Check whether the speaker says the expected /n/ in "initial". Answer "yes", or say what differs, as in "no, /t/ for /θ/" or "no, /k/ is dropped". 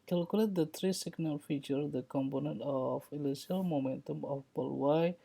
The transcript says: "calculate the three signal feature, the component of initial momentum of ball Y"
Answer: no, /l/ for /n/